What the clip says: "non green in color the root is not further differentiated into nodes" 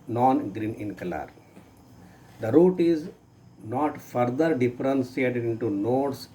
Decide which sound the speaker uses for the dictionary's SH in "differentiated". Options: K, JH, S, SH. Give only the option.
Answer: S